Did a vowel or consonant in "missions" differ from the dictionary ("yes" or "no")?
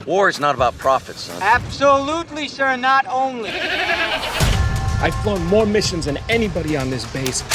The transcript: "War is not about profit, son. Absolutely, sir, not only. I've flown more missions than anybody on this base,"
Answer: no